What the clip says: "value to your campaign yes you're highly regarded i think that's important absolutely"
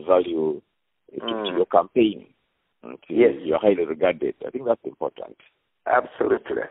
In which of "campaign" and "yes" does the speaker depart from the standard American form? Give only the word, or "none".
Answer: yes